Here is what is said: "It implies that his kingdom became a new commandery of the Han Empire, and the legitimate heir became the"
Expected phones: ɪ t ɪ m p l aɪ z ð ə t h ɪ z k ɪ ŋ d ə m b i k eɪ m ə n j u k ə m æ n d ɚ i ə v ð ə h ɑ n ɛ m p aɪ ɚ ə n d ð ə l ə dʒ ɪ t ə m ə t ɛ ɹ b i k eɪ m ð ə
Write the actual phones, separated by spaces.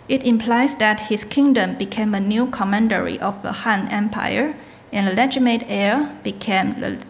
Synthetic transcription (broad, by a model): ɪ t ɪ m p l aɪ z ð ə t h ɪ s k ɪ ŋ d ə m b i k eɪ m ə n j u k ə m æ n d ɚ i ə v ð ə h ɑ n ɛ m p aɪ ɚ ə n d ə l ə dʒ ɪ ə m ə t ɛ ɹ b i k eɪ m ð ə